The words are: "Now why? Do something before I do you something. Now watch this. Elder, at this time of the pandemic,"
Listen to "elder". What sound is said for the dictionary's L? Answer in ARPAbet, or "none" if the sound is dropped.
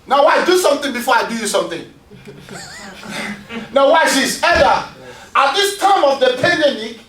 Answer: none